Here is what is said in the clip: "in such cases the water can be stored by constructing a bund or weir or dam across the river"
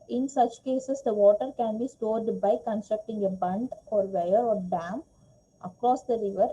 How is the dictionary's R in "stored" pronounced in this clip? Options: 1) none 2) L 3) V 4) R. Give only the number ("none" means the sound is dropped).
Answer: 4